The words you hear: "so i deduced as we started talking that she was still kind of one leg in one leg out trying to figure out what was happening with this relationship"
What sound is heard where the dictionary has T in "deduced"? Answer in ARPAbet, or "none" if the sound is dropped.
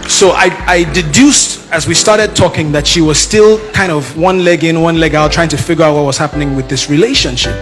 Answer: T